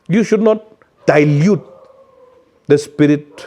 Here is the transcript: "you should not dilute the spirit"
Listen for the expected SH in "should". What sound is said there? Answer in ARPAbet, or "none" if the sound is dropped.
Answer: SH